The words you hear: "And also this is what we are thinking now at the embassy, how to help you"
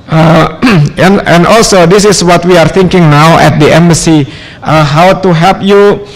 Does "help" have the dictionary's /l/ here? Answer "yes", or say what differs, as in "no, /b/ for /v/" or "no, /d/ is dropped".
no, /l/ is dropped